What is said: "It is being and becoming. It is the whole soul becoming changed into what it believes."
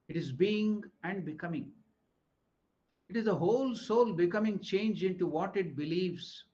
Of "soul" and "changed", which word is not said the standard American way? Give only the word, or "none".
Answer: changed